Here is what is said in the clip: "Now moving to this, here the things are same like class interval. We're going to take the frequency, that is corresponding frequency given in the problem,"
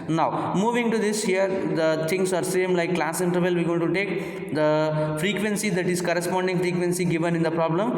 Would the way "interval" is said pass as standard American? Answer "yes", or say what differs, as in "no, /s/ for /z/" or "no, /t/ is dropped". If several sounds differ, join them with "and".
yes